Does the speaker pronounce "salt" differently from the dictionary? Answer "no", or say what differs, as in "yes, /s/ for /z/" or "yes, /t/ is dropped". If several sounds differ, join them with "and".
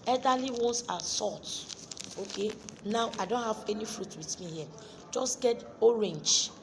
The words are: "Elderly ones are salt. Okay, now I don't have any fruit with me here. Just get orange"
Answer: yes, /l/ is dropped